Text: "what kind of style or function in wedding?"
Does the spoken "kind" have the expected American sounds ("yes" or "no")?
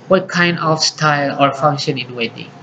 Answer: yes